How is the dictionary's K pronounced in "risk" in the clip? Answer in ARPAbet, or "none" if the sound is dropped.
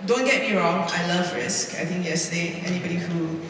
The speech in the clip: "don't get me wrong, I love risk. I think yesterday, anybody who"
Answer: K